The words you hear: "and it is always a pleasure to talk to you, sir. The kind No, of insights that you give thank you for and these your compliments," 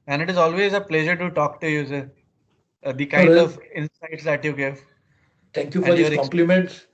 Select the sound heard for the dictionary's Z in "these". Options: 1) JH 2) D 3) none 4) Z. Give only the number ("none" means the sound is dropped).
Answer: 3